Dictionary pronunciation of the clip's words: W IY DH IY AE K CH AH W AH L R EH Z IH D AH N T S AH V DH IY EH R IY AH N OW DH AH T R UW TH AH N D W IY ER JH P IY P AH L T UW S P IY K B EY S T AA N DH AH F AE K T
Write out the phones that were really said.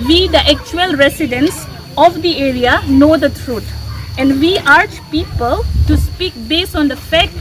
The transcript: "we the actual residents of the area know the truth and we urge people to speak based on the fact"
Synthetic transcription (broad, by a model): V IY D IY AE K CH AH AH L R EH S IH D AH N S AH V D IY EH R IY AH N OW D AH T R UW T AH N D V IY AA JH P IY P AH L T UW S P IY K B EY S T AA N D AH F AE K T